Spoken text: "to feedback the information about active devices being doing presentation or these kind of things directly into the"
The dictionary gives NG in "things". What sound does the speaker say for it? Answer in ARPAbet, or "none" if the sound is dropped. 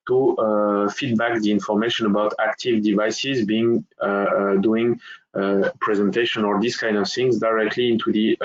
NG